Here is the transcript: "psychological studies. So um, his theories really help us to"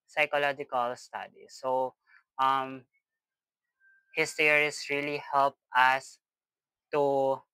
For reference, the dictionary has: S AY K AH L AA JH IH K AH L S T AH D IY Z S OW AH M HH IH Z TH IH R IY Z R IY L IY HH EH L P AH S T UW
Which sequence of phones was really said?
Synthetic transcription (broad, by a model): S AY K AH L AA JH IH K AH L S T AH D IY S OW AH M HH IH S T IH R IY S R IY L IY HH EH L P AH S T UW